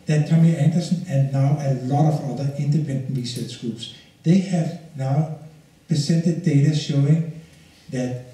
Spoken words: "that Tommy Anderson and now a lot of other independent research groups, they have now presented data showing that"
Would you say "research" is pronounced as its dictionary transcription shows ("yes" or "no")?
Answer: no